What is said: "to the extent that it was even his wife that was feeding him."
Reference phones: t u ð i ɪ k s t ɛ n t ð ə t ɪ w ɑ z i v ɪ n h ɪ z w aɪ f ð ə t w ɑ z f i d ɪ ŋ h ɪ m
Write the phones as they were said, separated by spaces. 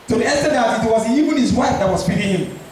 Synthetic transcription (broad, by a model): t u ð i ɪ s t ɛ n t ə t ɪ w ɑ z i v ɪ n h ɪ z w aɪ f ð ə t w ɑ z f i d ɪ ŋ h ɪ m